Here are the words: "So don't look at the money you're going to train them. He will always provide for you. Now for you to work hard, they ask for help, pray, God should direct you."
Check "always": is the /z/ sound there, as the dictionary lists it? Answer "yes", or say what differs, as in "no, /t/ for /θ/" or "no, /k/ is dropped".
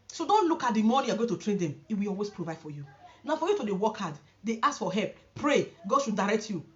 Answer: no, /s/ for /z/